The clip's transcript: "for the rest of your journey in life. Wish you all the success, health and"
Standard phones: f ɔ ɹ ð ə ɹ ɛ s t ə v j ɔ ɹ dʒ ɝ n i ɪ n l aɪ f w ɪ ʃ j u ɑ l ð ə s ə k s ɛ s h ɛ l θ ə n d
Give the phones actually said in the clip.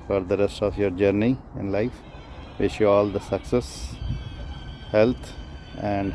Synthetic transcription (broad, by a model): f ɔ ɹ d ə ɹ ɛ s t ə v j ɔ ɹ dʒ ɝ n i ɪ n l aɪ f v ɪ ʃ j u ɑ l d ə s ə k s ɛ s h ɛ l t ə n d